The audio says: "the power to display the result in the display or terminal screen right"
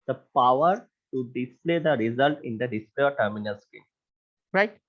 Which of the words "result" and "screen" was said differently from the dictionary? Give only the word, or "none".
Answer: screen